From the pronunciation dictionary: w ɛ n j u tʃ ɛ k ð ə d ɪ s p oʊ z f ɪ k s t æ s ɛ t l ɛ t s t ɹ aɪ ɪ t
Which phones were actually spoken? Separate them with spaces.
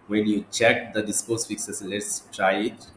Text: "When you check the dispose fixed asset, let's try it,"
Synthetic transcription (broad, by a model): w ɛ n j u tʃ ɛ k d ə d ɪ s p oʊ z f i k s ʌ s l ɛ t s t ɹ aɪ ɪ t